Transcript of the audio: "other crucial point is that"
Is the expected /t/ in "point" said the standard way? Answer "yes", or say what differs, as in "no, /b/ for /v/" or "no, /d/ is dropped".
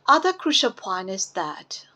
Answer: no, /t/ is dropped